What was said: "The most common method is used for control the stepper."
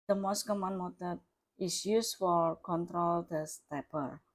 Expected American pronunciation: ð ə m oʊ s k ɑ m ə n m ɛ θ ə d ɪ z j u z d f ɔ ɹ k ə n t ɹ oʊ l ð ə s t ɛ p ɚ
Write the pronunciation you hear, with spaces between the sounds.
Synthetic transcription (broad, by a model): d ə m oʊ s k ɑ m ə n m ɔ t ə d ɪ s j u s f ɔ ɹ k ə n t ɹ oʊ l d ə s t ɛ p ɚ